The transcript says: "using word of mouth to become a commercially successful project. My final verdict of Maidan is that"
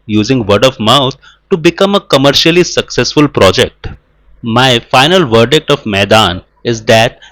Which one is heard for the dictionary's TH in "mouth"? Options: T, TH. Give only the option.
T